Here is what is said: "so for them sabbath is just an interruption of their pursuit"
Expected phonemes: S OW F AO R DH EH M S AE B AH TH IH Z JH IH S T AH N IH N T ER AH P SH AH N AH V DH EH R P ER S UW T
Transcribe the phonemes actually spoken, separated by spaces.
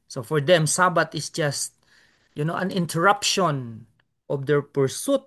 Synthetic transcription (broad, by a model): S OW F AO R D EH M S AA B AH T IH S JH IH S T AH N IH N T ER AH P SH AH N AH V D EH R P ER S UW T